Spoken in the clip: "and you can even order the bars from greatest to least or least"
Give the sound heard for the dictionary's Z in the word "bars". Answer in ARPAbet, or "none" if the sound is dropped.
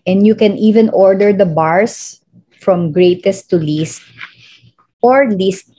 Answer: S